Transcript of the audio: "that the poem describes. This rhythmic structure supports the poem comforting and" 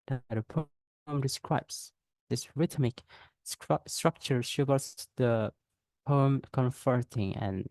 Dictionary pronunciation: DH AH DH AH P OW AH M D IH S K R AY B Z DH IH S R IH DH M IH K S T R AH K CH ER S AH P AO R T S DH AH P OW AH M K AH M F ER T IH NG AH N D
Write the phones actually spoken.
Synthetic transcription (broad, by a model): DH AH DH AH P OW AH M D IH S K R AY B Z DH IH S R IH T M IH K S T R AH K CH ER SH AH B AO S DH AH P OW AH M K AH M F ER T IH NG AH N